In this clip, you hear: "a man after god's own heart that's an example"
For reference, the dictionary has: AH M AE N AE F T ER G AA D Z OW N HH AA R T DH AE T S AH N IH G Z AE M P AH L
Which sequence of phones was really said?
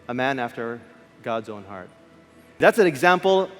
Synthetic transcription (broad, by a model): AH M AE N AE F T ER G AA D Z OW N HH AA R T DH AE T S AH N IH G Z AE M P L